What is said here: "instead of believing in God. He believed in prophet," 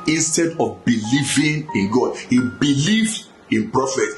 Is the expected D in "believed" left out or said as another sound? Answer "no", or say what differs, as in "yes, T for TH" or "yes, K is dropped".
yes, D is dropped